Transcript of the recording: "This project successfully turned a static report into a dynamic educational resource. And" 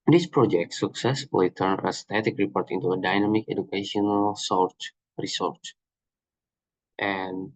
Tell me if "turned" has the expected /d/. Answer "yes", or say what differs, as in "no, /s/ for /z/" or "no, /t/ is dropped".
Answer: no, /d/ is dropped